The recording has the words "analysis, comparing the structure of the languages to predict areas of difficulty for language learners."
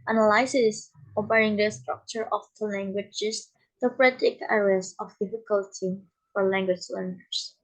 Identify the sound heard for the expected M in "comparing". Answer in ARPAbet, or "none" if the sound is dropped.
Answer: none